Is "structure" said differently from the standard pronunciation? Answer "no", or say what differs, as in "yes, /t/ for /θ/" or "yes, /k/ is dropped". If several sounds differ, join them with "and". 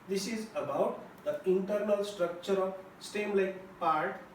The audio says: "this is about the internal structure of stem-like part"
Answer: no